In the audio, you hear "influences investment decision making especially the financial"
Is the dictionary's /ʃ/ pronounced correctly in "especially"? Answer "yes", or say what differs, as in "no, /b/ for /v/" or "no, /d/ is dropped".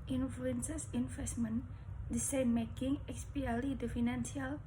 no, /ʃ/ is dropped